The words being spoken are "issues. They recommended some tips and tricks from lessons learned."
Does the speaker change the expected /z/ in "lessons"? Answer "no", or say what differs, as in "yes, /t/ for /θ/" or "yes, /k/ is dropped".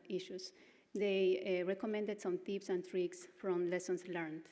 yes, /s/ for /z/